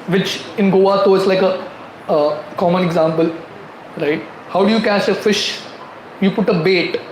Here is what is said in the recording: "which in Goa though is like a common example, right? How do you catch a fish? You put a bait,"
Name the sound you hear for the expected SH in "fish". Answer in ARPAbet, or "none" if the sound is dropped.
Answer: SH